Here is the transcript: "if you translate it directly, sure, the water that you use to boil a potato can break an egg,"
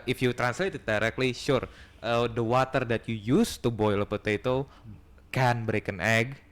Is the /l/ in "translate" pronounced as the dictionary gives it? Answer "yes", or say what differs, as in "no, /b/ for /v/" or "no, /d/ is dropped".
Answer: yes